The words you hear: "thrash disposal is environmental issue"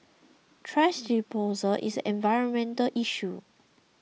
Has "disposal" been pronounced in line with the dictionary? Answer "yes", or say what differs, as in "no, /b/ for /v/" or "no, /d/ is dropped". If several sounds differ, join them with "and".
no, /s/ is dropped